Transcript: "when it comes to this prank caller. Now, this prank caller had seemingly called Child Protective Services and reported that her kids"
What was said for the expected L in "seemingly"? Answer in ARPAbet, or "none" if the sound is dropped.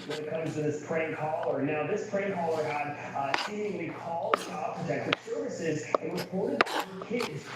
none